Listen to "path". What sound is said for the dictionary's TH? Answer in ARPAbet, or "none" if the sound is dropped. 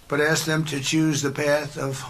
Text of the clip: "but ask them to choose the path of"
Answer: TH